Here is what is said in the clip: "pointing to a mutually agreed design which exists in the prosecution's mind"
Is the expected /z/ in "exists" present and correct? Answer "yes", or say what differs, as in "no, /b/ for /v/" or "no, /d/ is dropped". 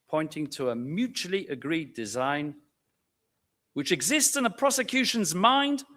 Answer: yes